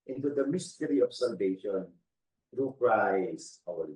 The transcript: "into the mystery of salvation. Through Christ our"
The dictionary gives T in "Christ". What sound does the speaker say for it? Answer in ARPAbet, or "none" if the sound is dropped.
none